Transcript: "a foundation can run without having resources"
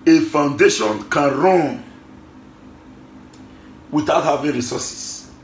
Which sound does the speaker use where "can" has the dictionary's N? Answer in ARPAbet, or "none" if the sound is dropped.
N